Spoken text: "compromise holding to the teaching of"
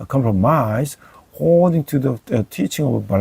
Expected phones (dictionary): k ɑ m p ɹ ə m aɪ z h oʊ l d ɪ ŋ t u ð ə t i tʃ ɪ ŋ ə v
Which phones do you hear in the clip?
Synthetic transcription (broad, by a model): k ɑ m p ɹ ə m aɪ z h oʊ d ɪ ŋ t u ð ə t i tʃ ɪ ŋ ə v